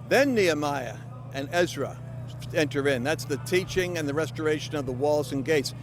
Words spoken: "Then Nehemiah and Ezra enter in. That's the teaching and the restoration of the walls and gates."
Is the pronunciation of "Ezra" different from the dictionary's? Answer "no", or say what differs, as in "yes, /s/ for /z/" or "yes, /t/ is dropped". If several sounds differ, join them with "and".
no